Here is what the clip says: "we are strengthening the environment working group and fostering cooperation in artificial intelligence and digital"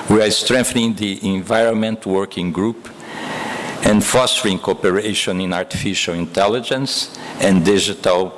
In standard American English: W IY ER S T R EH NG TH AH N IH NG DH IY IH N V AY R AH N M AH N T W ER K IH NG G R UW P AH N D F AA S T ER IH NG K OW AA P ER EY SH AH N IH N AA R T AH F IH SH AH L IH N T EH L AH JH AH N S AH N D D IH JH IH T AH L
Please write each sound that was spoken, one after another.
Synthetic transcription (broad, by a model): W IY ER S T R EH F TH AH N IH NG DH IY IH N V AY R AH N M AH N T W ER K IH NG G R UW P AH N D F AA S T ER IH NG K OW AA P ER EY SH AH N IH N AA R T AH F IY SH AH L IH N T EH L AH JH AH N S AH N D D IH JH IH T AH L